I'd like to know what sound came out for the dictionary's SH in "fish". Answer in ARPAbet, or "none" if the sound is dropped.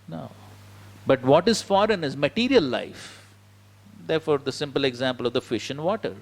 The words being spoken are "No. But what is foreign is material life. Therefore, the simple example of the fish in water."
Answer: SH